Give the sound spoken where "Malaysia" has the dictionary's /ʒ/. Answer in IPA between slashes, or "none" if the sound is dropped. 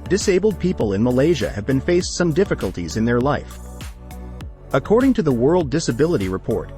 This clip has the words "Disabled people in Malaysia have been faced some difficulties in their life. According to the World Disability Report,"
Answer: /ʒ/